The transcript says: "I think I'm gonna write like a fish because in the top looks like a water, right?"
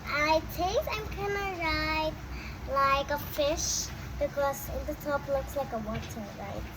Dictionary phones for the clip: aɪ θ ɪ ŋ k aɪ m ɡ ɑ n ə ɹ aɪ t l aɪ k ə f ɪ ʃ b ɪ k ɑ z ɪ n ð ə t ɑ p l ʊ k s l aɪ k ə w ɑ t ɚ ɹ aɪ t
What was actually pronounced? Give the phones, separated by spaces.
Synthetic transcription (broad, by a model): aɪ t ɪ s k aɪ m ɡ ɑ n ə ɹ aɪ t l aɪ k ə f ɪ ʃ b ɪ k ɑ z ɪ n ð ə t ɑ p l ʊ k s l aɪ k ə w ɑ t ɚ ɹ aɪ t